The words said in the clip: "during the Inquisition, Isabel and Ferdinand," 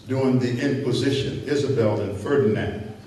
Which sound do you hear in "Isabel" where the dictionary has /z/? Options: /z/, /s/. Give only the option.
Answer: /z/